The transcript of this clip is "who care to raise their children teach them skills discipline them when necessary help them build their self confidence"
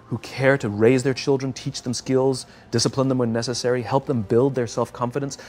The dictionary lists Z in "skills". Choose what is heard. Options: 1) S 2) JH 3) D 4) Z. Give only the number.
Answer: 4